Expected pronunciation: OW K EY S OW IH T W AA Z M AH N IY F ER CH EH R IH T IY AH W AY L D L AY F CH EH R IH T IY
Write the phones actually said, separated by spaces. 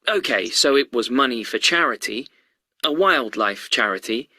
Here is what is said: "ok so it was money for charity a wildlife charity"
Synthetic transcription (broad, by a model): OW K EY S OW IH T W AA Z M AH N IY F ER CH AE R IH T IY AH W AY L D L AY F CH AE R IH T IY